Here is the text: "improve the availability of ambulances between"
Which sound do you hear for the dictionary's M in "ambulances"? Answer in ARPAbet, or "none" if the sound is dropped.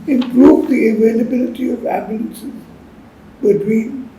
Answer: none